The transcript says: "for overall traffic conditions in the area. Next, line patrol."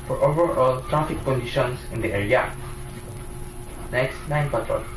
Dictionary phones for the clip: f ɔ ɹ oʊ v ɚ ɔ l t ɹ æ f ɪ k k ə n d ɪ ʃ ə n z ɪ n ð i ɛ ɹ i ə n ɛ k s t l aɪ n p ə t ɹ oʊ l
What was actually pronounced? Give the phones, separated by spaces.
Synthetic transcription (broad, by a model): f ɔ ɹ oʊ v ɚ ɔ l t ɹ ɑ f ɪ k k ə n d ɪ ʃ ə n s ɪ n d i ɛ ɹ i ə n ɛ k s t n aɪ n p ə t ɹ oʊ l